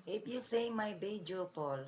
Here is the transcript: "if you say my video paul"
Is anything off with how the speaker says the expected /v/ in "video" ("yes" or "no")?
yes